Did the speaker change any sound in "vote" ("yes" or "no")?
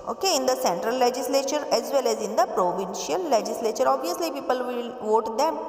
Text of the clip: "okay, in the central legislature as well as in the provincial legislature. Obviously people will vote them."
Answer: no